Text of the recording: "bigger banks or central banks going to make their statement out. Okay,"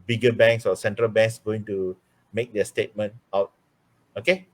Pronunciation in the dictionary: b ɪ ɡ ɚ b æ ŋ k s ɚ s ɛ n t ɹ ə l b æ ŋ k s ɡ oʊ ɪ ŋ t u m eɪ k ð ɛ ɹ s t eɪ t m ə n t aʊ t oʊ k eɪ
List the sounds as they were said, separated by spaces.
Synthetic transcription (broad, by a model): b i ɡ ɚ b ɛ ŋ k s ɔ s ɛ n t ɹ ə l b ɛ ŋ k s ɡ oʊ ɪ ŋ t u m eɪ k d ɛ s t eɪ t m ə n t aʊ t oʊ k eɪ